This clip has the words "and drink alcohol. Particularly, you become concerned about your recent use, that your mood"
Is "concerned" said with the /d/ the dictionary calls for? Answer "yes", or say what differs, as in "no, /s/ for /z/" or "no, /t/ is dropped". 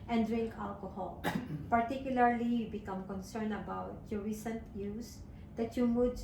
no, /d/ is dropped